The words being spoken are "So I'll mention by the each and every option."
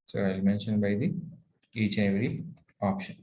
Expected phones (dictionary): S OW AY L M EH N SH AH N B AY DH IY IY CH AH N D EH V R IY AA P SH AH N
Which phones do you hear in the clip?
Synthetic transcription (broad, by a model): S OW AY L M EH N SH AH N B AY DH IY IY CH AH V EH R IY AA P SH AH N